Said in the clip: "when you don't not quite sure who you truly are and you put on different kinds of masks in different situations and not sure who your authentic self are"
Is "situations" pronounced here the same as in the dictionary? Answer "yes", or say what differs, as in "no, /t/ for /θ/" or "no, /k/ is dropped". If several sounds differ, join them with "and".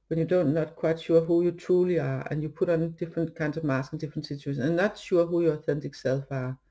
no, /z/ is dropped